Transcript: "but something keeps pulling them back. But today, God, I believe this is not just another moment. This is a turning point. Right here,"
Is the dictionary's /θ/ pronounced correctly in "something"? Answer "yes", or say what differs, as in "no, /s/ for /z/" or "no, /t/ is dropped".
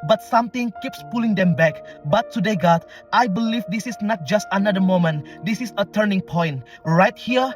no, /t/ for /θ/